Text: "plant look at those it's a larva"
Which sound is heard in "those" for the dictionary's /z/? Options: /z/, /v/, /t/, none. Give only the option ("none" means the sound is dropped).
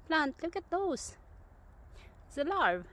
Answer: none